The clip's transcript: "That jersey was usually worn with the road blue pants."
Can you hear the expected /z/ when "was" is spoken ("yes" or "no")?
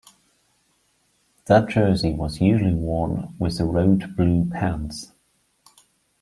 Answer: yes